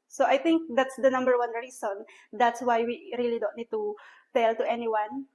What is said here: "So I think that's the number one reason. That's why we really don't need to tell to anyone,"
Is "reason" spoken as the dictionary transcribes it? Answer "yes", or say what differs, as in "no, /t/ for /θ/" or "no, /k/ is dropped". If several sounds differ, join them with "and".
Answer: no, /s/ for /z/